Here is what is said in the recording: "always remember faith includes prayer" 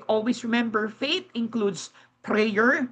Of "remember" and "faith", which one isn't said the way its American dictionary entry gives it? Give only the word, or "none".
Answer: faith